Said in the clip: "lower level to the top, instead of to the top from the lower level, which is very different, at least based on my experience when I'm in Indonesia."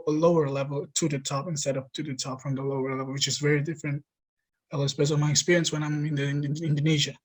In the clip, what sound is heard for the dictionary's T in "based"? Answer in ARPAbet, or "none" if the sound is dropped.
none